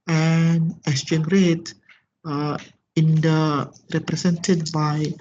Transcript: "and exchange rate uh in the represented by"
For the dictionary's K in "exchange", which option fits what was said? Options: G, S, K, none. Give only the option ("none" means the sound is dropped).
none